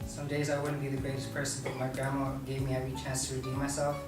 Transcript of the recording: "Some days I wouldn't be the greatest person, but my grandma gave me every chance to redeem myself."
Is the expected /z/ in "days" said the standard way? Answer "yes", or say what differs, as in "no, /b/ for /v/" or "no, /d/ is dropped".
yes